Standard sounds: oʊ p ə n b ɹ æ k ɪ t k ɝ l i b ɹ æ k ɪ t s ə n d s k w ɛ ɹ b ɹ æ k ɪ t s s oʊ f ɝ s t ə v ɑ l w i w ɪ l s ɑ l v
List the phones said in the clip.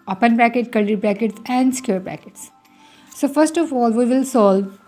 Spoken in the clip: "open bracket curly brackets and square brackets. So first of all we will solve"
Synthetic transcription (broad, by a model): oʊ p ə n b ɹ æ k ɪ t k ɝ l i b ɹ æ k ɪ t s ə n d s k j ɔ ɹ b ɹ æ k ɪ t s s oʊ f ɝ s t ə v ɑ l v i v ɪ l s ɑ l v